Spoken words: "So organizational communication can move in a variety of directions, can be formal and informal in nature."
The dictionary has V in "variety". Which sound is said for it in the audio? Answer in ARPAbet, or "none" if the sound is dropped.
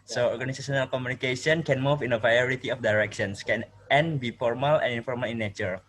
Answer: P